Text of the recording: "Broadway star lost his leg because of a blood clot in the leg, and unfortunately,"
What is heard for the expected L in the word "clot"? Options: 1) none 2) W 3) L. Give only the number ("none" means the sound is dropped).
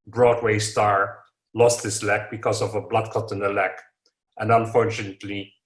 1